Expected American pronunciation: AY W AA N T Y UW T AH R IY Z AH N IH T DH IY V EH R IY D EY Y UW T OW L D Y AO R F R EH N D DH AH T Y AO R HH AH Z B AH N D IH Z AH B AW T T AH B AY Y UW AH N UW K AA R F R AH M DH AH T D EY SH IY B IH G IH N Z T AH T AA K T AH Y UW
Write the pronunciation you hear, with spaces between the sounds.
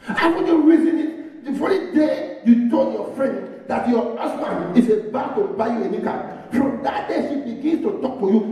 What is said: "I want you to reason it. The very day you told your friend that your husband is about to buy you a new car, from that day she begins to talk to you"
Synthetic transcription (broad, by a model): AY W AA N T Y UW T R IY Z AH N IH T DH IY F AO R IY D EY Y UW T OW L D Y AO F R EH N D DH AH T Y AO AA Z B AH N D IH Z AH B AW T T AH B AY Y UW AH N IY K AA F R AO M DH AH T D EY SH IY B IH G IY N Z T AH T AA K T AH Y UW